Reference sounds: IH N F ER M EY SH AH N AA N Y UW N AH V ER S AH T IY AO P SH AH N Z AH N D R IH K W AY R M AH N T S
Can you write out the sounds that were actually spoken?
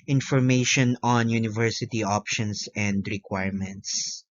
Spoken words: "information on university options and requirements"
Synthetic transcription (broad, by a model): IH N F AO M EY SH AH N AA N Y UW N AH V ER S AH T IY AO P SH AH N S AH N D R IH K W AY R M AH N T S